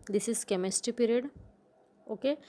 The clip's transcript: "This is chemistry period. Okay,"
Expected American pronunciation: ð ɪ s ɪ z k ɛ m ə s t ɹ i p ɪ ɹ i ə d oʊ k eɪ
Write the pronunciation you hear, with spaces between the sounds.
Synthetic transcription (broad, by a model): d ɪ s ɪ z k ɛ m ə s t i p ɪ ɹ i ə d oʊ k eɪ